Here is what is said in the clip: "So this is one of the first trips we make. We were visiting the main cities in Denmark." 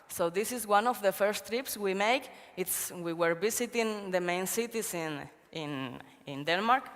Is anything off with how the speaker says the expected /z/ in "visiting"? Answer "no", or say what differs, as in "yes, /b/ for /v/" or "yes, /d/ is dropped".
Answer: yes, /s/ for /z/